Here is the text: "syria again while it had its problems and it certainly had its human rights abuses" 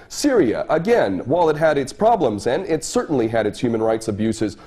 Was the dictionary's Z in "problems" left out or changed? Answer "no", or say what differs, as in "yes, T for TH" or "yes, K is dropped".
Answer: no